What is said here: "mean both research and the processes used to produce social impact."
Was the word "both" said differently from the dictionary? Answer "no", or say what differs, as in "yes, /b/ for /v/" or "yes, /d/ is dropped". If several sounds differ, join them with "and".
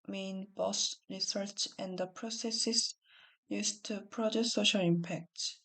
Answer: yes, /s/ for /θ/